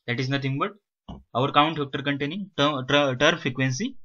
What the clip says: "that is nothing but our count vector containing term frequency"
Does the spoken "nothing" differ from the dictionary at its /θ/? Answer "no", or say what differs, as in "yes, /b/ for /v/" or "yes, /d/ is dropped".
yes, /t/ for /θ/